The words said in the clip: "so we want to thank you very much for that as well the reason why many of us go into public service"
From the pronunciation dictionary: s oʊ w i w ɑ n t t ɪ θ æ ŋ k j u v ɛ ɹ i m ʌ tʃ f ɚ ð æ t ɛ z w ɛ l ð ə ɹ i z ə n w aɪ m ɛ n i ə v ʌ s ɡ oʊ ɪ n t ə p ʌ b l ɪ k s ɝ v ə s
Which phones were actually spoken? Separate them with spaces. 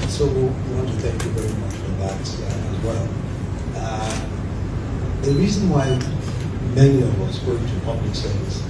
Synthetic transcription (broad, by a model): s oʊ w i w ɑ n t t ɪ θ æ ŋ k j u v ɛ ɹ i m ʌ tʃ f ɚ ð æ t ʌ z w ɛ l ð ə ɹ i z ə n w aɪ m ɛ n i ə v ʌ s ɡ oʊ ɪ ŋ t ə p ʌ b l ɪ k s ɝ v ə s